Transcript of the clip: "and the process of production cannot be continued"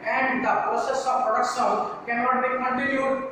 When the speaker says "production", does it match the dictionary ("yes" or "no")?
no